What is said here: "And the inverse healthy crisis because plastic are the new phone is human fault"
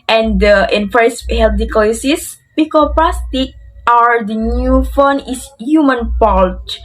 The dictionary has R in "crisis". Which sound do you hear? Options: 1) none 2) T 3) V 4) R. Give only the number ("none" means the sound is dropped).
1